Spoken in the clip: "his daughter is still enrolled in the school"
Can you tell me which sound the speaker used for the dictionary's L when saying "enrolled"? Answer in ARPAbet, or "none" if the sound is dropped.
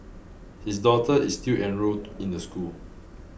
none